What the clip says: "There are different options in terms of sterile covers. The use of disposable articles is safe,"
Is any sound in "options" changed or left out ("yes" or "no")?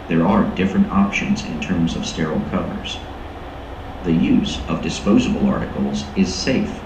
no